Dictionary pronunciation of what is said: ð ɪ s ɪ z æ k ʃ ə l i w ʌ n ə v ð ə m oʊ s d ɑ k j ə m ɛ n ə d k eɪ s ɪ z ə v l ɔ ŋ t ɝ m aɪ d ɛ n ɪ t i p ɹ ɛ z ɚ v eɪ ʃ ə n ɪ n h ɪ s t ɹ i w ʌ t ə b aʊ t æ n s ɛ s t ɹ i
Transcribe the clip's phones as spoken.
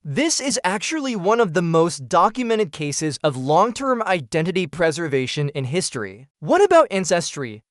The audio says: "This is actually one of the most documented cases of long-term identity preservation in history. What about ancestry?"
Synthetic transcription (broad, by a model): ð ɪ s ɪ z æ k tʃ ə l i w ʌ n ə v ð ə m oʊ s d ɑ k j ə m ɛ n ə d k eɪ s ɪ z ə v l ɔ ŋ t ɝ m aɪ d ɛ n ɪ t i p ɹ ɛ z ɚ v eɪ ʃ ə n ɪ n h ɪ s t ɹ i w ʌ t ə b aʊ t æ n s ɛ s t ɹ i